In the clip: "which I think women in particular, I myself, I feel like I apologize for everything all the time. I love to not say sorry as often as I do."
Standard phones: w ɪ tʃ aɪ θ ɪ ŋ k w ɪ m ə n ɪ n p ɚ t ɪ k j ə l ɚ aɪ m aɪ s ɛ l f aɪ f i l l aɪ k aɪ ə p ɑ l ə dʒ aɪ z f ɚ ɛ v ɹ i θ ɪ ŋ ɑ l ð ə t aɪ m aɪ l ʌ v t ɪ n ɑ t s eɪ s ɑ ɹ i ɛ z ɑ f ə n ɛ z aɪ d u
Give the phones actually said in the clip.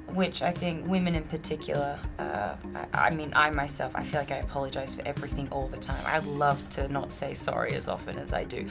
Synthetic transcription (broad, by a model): w ɪ tʃ aɪ θ ɪ ŋ k w ɪ m ə n ɪ n p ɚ t ɪ k j l ɚ aɪ m aɪ s ɛ l f aɪ f i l l aɪ k aɪ ə p ɑ l ə dʒ aɪ z f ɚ ɛ v ɹ i θ ɪ ŋ ɑ l ð ə t aɪ m aɪ l ʌ v t ɪ n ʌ t s eɪ s ɑ ɹ i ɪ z ɑ f ə n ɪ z aɪ d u